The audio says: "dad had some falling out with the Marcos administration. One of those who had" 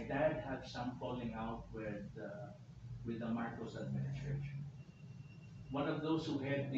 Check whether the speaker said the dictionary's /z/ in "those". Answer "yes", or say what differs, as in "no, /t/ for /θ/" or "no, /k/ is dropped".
no, /s/ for /z/